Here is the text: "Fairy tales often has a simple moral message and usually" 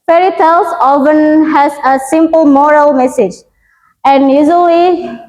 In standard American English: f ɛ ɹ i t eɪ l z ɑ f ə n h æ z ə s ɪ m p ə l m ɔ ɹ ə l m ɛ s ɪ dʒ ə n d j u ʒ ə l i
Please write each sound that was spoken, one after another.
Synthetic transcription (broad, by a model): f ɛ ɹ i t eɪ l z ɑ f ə n h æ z ə s ɪ m p ə l m ɔ ɹ ə l m ɛ s ɪ dʒ ə n d j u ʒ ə l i